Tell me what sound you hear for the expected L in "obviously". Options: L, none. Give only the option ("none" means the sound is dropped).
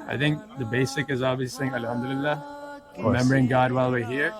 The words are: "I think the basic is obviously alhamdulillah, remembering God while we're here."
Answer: none